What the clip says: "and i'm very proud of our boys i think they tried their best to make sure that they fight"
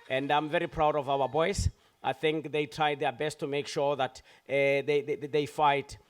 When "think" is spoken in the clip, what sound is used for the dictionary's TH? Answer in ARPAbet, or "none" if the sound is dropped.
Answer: TH